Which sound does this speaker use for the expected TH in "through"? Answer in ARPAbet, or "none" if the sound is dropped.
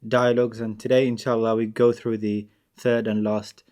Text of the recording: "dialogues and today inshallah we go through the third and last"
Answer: TH